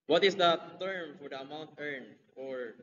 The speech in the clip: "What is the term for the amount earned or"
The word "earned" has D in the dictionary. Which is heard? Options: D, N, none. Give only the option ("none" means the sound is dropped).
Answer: none